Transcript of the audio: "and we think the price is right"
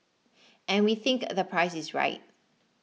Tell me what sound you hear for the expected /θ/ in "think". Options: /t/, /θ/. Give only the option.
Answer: /θ/